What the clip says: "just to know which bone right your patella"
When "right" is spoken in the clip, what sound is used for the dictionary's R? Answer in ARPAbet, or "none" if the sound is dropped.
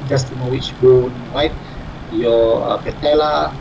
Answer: W